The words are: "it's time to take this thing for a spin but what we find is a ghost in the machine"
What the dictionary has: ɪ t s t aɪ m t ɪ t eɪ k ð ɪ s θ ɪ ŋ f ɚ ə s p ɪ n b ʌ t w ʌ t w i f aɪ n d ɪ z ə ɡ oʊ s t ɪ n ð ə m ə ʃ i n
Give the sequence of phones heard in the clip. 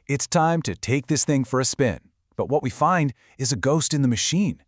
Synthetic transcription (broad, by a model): ɪ t s t aɪ m t ɪ t eɪ k ð ɪ s θ ɪ ŋ f ɚ ə s p ɪ n b ʌ t w ʌ t w i f aɪ n d ɪ z ə ɡ oʊ s t ɪ n ð ə m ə ʃ i n